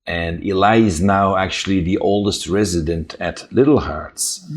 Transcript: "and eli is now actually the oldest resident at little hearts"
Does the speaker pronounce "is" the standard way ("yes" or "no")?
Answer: yes